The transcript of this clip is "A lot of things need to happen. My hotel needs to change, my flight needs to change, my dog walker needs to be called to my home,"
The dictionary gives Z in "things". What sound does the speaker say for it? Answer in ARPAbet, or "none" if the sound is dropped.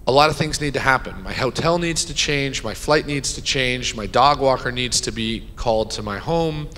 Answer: Z